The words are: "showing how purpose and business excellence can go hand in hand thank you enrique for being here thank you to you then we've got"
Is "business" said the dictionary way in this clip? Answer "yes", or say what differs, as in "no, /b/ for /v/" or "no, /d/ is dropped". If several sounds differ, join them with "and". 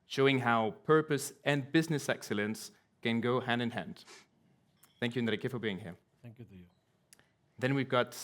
yes